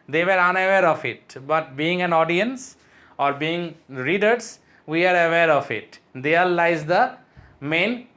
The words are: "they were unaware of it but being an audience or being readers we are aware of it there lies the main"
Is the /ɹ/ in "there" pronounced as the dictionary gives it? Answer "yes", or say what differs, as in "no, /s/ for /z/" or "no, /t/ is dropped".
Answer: no, /l/ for /ɹ/